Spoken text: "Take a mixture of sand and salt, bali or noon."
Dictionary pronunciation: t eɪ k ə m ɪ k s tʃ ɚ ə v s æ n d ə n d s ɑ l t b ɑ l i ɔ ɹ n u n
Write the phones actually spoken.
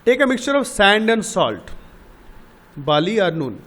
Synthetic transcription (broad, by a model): t eɪ k ə m ɪ k s tʃ ɚ ə v s æ n d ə n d s ɑ l t b ɑ l i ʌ ɹ n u n